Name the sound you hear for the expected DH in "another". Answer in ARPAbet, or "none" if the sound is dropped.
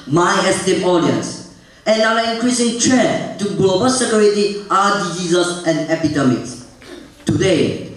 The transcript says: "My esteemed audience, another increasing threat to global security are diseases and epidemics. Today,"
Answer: none